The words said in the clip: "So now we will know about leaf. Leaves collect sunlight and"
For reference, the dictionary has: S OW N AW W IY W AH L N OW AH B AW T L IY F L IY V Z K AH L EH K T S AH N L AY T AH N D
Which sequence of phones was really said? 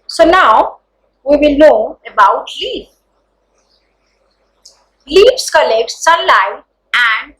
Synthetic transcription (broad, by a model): S OW N AW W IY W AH L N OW AH B AW T L IY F L IY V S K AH L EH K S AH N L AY AH N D